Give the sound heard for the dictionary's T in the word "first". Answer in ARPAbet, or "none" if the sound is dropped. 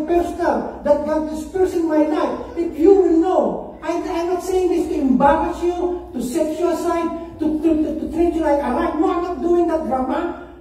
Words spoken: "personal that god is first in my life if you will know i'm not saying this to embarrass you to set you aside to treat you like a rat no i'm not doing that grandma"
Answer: none